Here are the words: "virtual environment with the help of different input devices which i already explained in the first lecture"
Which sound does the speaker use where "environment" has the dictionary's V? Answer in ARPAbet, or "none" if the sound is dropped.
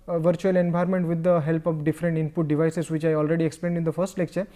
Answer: B